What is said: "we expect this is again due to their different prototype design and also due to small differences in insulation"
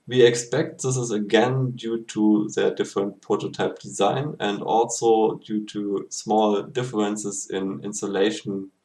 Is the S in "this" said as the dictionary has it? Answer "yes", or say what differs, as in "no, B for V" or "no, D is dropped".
yes